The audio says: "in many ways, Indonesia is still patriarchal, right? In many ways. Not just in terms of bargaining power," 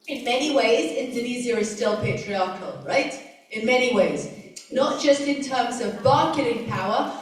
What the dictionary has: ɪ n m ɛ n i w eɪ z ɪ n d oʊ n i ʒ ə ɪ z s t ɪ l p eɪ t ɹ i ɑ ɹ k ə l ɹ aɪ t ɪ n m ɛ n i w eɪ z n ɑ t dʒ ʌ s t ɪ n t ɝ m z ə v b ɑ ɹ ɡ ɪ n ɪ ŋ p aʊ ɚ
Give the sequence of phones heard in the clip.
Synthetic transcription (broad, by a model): ɪ n m ɛ n i w eɪ z ɪ n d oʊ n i z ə ɪ z s t ɪ l p eɪ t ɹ i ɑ ɹ k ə l ɹ aɪ t ɪ n m ɛ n i w eɪ z n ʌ t dʒ ʌ s t ɪ n t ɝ m z ə v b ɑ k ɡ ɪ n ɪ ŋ p aʊ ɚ